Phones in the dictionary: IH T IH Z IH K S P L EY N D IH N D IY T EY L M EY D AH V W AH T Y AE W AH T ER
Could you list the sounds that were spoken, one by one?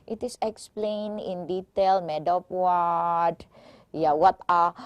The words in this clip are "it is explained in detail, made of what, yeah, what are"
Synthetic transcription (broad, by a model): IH T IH S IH K S P L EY N IH N D IY T EY L M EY D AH P W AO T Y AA W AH T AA